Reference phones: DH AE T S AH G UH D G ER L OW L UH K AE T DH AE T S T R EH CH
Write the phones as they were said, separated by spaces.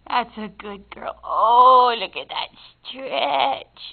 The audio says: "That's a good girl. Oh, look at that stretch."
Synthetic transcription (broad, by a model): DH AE T S AH G UH D G ER L OW L UH K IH T DH AE T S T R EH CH